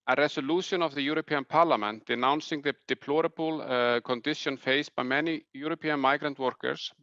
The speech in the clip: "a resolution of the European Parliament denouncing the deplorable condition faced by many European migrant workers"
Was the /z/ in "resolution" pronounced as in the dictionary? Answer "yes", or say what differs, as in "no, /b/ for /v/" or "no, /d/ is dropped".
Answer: no, /s/ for /z/